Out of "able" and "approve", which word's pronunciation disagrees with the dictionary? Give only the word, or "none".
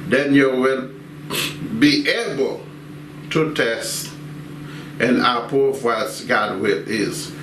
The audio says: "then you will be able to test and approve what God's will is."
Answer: approve